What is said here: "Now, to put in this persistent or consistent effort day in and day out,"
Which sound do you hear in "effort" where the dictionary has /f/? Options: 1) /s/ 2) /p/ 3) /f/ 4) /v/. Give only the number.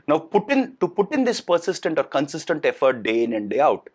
3